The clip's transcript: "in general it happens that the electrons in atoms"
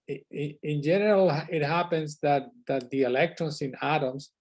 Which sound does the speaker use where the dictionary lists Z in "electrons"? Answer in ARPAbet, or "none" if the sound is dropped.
S